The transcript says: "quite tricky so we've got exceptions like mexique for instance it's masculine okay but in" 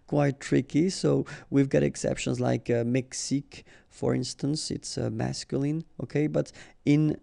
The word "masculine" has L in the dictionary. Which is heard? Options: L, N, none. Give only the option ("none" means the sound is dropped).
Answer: L